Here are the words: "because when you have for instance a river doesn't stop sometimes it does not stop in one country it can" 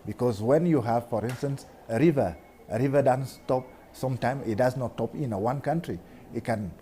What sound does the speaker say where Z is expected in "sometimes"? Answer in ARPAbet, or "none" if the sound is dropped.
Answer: none